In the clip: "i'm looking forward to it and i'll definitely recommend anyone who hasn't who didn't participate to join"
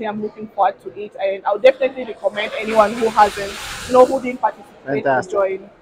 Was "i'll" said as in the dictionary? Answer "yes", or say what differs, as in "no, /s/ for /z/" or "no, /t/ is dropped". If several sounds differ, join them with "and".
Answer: no, /w/ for /l/